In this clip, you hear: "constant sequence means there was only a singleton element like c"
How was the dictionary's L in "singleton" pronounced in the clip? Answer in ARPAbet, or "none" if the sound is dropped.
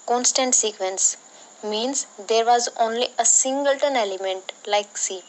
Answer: L